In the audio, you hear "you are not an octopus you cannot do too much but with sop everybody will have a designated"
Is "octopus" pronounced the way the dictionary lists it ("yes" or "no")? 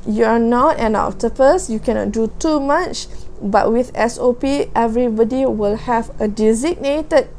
no